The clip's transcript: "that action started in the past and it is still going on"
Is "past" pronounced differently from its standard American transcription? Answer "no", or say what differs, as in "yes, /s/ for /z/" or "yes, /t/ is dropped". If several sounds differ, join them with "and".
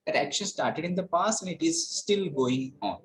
yes, /t/ is dropped